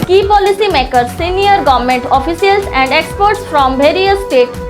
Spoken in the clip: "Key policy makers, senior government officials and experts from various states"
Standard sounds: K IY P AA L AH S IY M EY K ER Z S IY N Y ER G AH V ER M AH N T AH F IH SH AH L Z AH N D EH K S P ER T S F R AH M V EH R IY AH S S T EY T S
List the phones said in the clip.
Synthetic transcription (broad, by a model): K IY P AA L AH S IY M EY K ER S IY N Y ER G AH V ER M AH N T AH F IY S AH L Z AH N D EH K S P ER T S F R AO M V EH R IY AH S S T EY T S